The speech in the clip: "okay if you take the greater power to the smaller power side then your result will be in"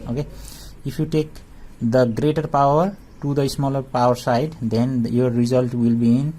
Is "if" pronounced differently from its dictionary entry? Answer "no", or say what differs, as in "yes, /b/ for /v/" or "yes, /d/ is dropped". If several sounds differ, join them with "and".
yes, /p/ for /f/